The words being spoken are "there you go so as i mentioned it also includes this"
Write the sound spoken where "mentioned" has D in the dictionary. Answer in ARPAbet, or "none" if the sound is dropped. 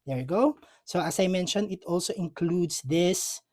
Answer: none